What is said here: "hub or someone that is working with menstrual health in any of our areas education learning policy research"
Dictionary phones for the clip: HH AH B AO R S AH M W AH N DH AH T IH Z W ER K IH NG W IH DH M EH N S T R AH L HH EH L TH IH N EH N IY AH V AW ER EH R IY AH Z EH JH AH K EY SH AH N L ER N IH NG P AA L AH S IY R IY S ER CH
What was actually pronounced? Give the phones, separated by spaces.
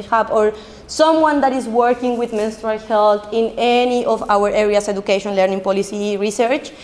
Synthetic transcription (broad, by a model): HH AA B AO R S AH M W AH N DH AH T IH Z W ER K IH NG W IH DH M EH N S T R AH L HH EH L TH IH N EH N IY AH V AW ER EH R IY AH S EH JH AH K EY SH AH N L ER N IH NG P AA L AH S IY R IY S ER CH